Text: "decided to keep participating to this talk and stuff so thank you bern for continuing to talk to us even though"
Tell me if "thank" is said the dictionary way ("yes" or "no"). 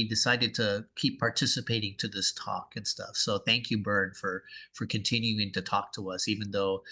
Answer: yes